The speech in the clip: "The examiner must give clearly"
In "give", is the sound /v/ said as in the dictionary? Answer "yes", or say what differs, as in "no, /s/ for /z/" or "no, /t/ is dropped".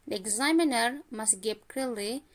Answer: no, /p/ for /v/